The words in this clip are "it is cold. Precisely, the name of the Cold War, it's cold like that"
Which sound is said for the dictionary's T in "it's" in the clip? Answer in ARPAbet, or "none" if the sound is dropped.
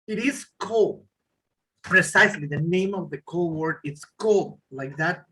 T